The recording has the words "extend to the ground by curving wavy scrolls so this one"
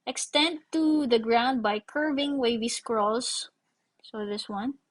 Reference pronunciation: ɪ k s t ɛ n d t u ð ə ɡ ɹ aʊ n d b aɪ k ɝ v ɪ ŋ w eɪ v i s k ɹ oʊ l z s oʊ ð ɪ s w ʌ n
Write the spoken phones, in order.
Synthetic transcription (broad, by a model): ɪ k s t ɛ n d t u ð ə ɡ ɹ aʊ n d b aɪ k ɝ v ɪ ŋ w eɪ v i s k ɹ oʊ l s s oʊ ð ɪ s w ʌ n